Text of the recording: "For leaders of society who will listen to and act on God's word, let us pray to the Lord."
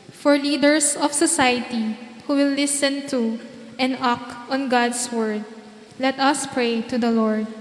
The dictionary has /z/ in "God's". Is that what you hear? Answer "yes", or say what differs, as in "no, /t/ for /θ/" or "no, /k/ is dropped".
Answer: no, /s/ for /z/